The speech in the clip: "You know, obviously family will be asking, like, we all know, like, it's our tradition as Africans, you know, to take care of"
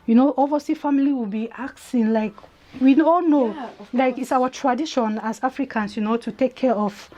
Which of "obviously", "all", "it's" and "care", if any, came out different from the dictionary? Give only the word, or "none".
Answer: obviously